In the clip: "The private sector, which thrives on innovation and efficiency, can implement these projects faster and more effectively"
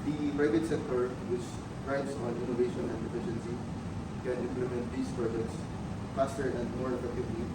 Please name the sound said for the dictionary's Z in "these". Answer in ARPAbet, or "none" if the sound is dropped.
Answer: S